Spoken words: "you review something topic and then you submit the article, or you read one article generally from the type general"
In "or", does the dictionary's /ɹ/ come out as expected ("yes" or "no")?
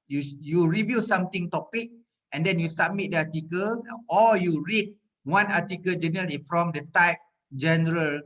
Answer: no